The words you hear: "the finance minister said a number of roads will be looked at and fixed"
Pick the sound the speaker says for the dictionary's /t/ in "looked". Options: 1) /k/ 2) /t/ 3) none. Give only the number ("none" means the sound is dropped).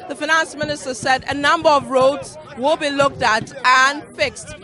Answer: 2